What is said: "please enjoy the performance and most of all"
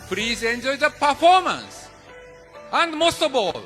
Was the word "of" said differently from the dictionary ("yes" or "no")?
yes